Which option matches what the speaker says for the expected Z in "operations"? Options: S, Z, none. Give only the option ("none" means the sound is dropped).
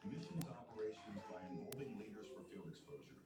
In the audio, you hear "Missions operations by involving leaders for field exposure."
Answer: Z